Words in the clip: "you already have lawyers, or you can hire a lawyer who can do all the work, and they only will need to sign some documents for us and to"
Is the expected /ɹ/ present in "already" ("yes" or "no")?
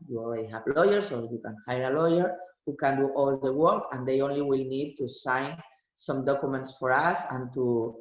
no